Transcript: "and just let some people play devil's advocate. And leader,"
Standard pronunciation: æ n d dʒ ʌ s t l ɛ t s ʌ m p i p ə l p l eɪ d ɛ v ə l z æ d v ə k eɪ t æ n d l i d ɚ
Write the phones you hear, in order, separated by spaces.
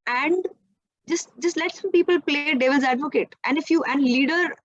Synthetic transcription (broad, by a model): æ n d dʒ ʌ s t l ɛ t s ʌ m p i p ə l p l eɪ d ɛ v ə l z æ d v ə k eɪ t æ n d l i d ɚ